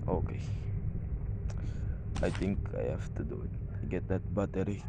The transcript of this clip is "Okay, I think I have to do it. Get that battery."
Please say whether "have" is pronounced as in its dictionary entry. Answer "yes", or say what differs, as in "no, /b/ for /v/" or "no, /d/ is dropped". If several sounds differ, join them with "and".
no, /f/ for /v/